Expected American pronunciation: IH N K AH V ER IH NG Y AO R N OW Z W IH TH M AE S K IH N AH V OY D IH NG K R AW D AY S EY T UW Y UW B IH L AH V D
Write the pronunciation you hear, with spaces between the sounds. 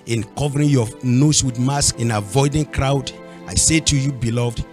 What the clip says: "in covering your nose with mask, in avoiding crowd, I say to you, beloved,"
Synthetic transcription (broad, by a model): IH N K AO V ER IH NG Y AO N OW S W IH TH M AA S K IH N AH V OY D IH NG K R AW D AY S EY T UW Y UW B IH L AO V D